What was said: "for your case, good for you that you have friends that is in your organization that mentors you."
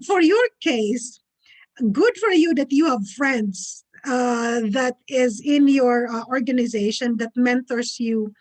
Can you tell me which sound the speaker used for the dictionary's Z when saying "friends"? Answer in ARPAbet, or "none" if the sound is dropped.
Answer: S